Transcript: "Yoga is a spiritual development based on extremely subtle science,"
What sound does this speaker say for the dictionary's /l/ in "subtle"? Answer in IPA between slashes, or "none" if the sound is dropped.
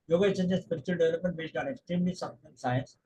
/n/